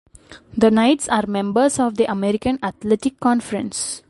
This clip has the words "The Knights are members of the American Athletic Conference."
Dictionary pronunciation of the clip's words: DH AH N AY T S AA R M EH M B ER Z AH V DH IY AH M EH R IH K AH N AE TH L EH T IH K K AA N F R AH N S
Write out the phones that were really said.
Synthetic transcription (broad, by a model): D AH N AY T S AA R M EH M B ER S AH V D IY AH M EH R IH K AH N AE T L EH T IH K K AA N F R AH N S